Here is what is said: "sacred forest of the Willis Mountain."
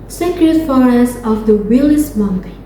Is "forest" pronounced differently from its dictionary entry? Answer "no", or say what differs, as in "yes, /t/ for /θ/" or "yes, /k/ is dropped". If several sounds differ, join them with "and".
yes, /t/ is dropped